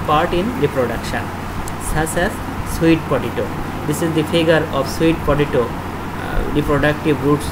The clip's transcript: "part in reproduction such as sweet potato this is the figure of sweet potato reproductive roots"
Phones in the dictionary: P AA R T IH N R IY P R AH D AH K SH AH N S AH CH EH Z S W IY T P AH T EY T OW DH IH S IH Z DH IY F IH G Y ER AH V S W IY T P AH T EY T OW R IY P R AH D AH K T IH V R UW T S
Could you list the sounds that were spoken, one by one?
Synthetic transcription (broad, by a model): P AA R T IH N R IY P R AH D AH K SH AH N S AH S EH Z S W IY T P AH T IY T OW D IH S IH Z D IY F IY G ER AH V S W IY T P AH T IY T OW R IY P R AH D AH K T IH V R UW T S